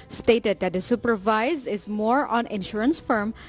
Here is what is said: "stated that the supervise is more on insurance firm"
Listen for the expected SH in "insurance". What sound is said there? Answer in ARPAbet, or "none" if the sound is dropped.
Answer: SH